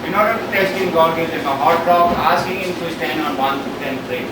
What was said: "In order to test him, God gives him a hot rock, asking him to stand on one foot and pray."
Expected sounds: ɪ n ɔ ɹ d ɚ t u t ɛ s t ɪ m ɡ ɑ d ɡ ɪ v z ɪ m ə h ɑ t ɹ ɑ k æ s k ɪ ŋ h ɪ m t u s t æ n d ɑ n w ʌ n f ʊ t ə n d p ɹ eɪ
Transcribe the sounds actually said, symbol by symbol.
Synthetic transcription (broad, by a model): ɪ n ɔ ɹ d ɚ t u t ɛ s t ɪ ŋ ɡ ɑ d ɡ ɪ z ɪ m ə h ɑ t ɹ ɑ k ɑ s k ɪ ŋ h ɪ m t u s t æ n d ɑ n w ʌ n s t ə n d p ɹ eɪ